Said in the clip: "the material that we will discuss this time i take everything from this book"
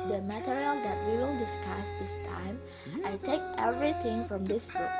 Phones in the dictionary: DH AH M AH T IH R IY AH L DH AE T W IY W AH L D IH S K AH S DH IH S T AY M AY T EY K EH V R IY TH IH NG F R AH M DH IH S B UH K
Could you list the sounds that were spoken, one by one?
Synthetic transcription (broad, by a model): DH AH M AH T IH R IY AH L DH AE T W IY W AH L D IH S K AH S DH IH S T AY M AY T EY K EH V R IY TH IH NG F R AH M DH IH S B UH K